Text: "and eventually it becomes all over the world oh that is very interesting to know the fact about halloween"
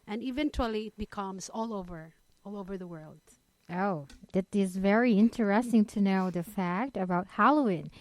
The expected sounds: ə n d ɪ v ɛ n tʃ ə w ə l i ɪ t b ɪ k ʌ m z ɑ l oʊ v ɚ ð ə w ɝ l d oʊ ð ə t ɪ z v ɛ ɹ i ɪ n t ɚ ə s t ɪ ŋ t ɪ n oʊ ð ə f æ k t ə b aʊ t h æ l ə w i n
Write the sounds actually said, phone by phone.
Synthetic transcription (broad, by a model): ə n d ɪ v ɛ n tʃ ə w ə l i ɪ t b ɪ k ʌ m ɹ ɑ l oʊ v ɚ ð ə w ɝ l d oʊ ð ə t ɪ z v ɛ ɹ i ɪ n t ɚ ə s t ɪ ŋ t ɪ n oʊ ð ə f æ k t ə b aʊ t h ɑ l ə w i n